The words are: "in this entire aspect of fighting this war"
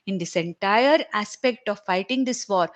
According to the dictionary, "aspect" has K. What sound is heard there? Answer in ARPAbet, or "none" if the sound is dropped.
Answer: K